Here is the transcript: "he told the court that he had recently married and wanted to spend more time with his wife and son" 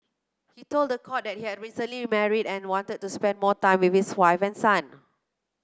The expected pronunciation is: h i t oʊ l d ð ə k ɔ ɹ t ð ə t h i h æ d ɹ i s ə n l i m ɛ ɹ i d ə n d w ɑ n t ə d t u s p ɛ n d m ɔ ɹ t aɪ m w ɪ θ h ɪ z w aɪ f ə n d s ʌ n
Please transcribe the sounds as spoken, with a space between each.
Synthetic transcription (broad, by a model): h i t oʊ l d ə k ɔ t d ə t h i h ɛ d ɹ i s ə n l i m ɛ ɹ i d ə n w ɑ n t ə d t u s p ɛ n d m ɔ t aɪ m w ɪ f h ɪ s w aɪ f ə n s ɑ n